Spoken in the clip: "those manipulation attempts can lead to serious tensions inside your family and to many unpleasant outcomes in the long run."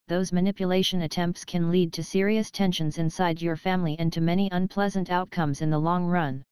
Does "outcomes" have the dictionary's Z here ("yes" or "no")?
yes